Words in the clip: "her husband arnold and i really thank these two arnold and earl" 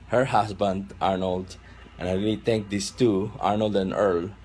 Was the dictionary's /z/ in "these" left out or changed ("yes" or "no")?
yes